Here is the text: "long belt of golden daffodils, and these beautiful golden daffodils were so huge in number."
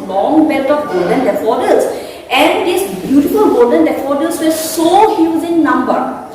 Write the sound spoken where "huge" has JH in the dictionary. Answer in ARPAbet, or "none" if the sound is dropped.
Z